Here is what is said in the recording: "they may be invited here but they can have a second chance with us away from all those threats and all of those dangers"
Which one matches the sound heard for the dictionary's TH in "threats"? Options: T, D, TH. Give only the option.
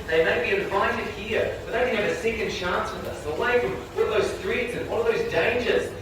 T